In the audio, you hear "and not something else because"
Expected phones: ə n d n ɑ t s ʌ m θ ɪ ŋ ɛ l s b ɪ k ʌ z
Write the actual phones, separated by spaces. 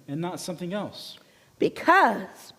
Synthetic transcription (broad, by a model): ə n n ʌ t s ʌ m θ ɪ ŋ ɛ l s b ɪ k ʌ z